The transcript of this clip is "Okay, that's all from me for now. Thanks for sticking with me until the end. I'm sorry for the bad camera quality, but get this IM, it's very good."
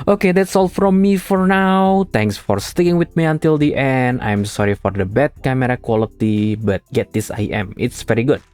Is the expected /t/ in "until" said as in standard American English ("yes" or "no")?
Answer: yes